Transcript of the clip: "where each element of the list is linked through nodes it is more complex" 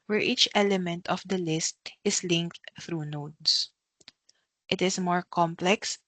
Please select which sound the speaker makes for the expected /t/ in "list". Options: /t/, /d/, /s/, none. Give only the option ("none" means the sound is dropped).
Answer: /t/